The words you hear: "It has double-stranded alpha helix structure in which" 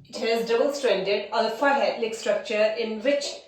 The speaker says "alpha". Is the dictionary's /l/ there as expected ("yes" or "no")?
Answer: no